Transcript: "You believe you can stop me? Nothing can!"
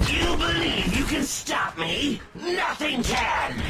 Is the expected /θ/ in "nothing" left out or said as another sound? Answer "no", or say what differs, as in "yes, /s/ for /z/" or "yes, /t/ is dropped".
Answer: no